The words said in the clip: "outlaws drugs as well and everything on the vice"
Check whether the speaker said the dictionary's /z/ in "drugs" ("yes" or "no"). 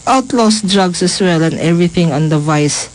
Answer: no